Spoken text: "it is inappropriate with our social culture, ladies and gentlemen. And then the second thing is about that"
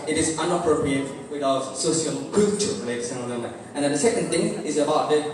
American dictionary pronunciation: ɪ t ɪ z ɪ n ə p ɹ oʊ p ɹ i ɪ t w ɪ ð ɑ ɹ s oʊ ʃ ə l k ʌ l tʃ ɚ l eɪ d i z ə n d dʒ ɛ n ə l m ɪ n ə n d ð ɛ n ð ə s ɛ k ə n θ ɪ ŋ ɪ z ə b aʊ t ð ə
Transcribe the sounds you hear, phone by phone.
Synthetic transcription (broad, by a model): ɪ t ɪ z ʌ n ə p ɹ oʊ p ɹ i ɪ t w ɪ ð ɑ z s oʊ s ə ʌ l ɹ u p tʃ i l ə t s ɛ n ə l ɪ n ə n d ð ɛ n ð ə s ɛ k ə n θ ɪ ŋ ɪ z ə b aʊ t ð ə